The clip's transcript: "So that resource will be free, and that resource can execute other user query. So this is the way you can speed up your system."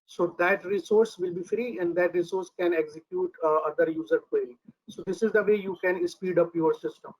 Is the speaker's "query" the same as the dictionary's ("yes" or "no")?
no